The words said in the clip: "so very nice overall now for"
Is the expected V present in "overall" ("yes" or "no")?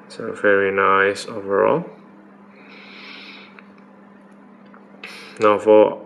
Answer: yes